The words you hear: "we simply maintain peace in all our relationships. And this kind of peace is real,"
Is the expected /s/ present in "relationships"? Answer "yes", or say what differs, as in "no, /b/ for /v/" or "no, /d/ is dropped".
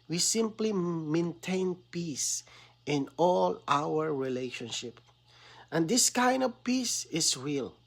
no, /s/ is dropped